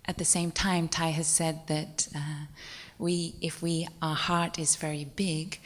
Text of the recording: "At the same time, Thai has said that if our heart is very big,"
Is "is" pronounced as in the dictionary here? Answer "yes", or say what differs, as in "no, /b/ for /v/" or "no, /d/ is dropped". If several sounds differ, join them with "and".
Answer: yes